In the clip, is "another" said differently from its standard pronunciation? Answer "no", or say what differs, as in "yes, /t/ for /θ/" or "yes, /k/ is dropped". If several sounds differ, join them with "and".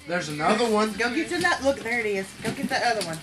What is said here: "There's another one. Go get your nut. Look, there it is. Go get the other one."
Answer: no